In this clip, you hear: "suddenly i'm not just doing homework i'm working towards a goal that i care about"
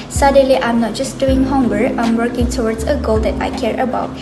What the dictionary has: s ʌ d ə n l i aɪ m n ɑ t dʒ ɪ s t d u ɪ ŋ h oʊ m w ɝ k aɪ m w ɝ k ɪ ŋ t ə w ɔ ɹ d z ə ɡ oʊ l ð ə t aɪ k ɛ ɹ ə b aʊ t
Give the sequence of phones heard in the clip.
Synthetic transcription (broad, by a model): s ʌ d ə n l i aɪ m n ɑ t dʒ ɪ s d u ɪ ŋ h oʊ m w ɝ aɪ m w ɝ k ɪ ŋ t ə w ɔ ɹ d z ə ɡ oʊ l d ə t aɪ k ɛ ɹ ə b aʊ t